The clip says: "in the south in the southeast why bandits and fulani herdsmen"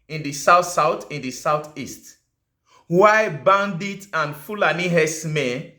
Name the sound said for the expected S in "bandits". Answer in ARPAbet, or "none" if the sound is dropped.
none